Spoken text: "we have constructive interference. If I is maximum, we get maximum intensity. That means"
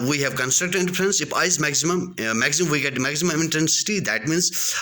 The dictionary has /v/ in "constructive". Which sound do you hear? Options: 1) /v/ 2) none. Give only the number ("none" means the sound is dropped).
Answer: 2